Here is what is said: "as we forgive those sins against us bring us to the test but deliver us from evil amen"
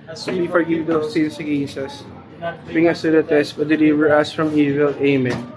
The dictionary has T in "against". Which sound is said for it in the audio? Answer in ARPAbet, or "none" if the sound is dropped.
none